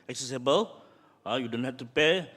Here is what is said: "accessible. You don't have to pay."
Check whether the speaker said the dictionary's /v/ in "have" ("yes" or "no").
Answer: no